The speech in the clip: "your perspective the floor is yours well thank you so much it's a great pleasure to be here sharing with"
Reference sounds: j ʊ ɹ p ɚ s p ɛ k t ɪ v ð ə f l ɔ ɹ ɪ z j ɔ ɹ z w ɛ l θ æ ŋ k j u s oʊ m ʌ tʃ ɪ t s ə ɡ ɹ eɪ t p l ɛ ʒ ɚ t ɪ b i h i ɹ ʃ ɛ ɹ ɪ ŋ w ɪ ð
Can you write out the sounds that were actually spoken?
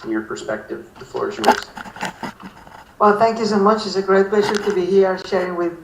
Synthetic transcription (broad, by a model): j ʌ ɹ p ɚ s p ɛ k t ɪ v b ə f ɔ ɹ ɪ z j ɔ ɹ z w ɛ l θ æ ŋ k j u s oʊ m ʌ tʃ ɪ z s ə ɡ ɹ eɪ t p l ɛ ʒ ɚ t ɪ b i h i ɹ ʃ ɛ ɹ ɪ ŋ w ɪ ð